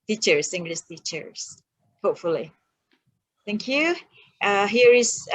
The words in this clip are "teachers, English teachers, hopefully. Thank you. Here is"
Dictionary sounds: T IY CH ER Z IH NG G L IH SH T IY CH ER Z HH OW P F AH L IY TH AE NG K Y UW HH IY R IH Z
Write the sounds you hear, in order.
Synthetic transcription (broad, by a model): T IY CH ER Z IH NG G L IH S T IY CH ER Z HH OW P F AH L IY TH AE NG K Y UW HH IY R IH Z